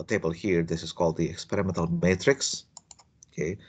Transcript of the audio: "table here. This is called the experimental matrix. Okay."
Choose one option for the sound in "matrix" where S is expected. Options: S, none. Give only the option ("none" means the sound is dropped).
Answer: S